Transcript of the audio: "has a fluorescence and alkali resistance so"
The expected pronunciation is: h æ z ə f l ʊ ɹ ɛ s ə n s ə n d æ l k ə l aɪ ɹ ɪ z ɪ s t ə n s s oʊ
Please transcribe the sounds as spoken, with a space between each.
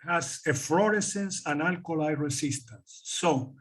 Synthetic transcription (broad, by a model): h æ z ə f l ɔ ɹ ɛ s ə n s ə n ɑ l k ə l aɪ ɹ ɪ s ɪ s t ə n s s oʊ